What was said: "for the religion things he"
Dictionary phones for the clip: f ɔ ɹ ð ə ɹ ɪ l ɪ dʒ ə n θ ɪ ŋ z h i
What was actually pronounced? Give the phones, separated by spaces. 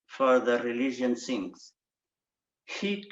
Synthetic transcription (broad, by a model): f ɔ ɹ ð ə ɹ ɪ l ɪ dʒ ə n s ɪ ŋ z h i